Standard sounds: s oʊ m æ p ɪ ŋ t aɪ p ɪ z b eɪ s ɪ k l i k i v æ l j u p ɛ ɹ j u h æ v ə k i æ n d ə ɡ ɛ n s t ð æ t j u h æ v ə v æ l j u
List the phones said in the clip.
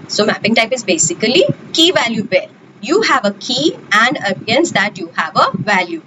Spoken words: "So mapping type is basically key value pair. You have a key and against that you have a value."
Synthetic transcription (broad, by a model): s oʊ m æ p ɪ ŋ t aɪ p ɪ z b eɪ s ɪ k l i k i v æ l j u b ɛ l j u h æ v ə k i æ n d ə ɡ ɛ n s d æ t j u h æ v ə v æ l j u